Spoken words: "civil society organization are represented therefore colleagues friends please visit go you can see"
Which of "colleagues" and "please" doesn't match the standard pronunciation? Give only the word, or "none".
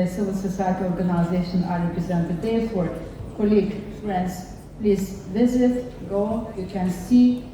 colleagues